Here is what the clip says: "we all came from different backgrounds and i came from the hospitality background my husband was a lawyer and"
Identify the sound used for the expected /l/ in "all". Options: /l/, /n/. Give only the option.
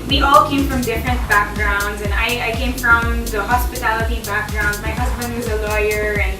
/l/